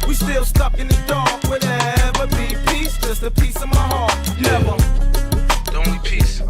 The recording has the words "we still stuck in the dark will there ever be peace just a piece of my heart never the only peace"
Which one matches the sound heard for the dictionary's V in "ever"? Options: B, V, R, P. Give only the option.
V